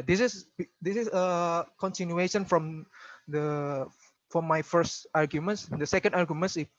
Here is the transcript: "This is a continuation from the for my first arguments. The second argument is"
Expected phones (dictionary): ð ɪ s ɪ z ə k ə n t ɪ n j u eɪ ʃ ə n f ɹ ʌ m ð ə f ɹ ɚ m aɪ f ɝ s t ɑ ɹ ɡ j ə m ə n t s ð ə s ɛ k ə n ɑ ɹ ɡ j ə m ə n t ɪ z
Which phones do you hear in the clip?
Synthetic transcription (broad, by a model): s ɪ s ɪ s ə k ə n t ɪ n j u eɪ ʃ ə n f ɹ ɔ m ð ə f ɹ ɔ m aɪ f ɝ s t ɑ ɹ ɡ j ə m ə n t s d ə s ɛ k ə n ɑ ɹ ɡ j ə m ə n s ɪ